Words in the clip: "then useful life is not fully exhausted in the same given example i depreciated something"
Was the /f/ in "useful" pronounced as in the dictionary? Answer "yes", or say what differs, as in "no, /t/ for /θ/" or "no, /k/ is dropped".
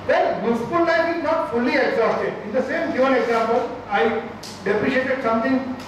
no, /p/ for /f/